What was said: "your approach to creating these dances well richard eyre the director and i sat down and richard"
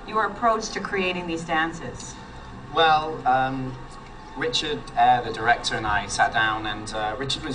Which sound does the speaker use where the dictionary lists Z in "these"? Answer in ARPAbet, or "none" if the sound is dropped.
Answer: Z